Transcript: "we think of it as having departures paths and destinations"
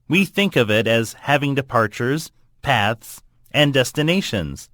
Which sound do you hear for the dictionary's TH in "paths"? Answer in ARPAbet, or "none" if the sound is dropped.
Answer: TH